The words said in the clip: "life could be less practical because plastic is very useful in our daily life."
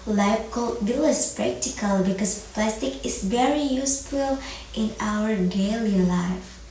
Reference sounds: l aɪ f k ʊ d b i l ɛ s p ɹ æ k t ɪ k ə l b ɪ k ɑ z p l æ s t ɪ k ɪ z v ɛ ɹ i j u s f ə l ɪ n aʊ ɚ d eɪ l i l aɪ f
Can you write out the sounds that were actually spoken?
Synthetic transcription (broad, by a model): l aɪ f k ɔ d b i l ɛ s p ɹ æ k t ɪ k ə l b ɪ k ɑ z p l æ s t ɪ k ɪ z v ɛ ɹ i j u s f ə l ɪ n aʊ ɚ d eɪ l i l aɪ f